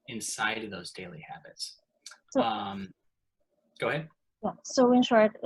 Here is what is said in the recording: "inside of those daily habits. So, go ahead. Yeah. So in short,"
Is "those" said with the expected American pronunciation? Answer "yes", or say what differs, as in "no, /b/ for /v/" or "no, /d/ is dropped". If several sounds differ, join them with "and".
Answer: yes